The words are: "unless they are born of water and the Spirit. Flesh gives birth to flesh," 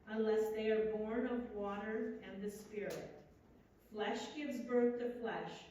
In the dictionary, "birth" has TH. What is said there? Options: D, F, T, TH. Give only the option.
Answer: TH